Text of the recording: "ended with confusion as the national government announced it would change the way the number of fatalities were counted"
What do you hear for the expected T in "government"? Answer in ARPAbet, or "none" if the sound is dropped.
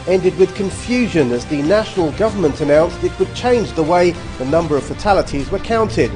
T